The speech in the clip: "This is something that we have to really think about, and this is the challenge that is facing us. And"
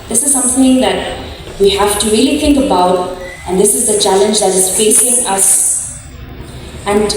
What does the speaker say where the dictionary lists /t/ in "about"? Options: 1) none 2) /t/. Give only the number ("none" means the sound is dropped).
2